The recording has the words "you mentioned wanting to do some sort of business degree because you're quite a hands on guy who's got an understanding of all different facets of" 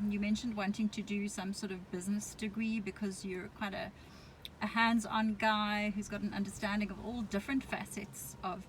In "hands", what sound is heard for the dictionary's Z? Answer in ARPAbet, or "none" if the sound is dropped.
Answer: Z